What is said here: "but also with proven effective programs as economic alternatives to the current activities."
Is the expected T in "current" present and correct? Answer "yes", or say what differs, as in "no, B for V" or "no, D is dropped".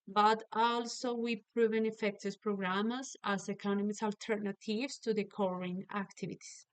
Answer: no, T is dropped